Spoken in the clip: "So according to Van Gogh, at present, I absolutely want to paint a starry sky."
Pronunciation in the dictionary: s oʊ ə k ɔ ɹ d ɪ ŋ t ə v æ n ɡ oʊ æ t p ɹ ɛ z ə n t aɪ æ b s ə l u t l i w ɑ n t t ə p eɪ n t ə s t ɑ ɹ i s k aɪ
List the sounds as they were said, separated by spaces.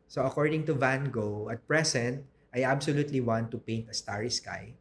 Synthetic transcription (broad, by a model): s oʊ ə k ɔ ɹ d ɪ ŋ t ə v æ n ɡ oʊ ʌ t p ɹ ɛ s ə n t aɪ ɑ b s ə l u t l i w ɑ n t t ə p eɪ n t ə s t ɑ ɹ i s k aɪ